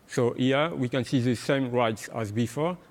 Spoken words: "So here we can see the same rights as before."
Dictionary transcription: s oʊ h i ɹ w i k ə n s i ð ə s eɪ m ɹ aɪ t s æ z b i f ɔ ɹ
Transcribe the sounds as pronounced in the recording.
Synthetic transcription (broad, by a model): s oʊ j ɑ w i k ə n s i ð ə s eɪ m ɹ aɪ t s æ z b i f ɔ